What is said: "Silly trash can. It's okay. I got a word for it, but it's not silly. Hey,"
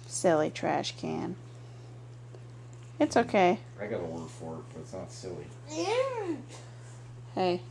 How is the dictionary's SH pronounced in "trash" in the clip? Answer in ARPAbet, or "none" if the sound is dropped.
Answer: SH